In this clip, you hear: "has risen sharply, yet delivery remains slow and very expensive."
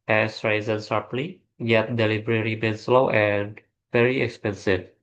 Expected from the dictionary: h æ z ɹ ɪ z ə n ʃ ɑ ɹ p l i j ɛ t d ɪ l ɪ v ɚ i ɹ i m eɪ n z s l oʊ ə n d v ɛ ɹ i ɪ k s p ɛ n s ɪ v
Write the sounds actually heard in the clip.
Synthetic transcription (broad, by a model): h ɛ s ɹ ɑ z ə n s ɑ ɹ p l i j ɛ t d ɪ l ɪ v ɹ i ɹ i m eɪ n s l oʊ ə n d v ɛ ɹ i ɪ k s p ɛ n s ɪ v